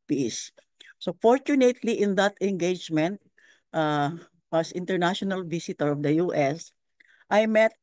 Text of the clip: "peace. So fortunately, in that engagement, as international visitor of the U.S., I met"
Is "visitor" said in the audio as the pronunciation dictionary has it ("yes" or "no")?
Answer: no